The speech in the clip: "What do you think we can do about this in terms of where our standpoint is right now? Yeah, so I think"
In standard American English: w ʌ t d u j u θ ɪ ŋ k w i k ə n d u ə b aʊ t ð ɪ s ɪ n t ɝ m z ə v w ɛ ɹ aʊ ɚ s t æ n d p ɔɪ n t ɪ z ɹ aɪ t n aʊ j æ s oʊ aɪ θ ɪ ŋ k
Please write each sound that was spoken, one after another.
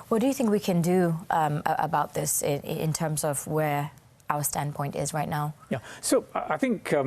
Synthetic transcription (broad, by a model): w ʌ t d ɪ j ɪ θ ɪ ŋ k w i k ə n d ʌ ə b aʊ t ð ɪ s ɪ n t ɝ m z ə v w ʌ ɹ aʊ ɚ s t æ n p ɔɪ n t ɪ z ɹ aɪ t n aʊ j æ s oʊ aɪ θ ɪ ŋ k